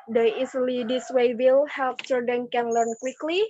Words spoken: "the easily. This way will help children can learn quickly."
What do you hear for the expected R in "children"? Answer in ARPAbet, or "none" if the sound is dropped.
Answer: none